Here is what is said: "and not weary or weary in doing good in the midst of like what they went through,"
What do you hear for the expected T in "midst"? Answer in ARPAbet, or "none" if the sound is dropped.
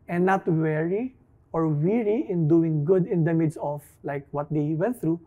none